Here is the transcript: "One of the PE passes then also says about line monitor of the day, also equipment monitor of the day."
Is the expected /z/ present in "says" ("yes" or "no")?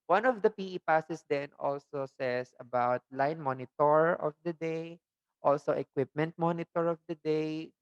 no